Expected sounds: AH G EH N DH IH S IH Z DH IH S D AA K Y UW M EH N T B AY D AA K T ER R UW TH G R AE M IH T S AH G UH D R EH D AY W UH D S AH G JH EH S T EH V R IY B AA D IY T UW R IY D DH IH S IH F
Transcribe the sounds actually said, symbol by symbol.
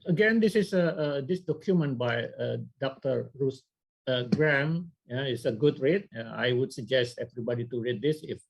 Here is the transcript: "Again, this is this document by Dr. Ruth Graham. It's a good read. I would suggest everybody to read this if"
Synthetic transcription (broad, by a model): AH G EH N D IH S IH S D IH S D AA K Y UW M EH N T B AY D AA K T ER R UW S G R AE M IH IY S AH G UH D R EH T AY W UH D S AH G JH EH S T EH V R IY B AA D IY T UW R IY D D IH S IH F